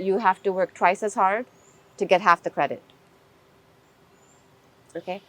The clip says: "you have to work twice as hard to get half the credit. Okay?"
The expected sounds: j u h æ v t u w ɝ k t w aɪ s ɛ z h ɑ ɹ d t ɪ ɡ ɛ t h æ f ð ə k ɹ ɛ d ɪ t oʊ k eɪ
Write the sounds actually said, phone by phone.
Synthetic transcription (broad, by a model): j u h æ f t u w ɝ k t w aɪ s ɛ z h ɑ ɹ d t ɪ ɡ ɛ t h æ f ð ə k ɹ ɛ d ɪ t oʊ k eɪ